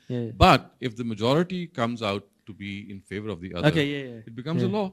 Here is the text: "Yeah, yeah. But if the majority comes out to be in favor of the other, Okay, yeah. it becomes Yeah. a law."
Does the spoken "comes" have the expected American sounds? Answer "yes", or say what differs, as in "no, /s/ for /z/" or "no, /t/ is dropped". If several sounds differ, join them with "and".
yes